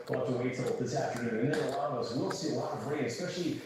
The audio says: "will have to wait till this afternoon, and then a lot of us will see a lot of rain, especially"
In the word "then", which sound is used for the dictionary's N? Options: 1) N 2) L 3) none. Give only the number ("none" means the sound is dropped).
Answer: 3